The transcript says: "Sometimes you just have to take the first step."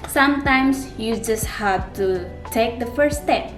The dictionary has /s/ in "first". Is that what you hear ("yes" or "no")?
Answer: no